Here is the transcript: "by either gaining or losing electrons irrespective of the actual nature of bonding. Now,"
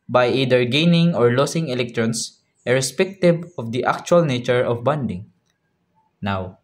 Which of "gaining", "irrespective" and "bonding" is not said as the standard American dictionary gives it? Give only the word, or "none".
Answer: irrespective